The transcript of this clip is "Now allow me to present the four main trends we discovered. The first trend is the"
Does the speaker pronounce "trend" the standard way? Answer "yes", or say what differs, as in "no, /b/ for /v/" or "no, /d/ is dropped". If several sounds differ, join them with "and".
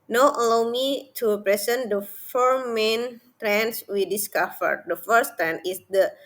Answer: no, /d/ is dropped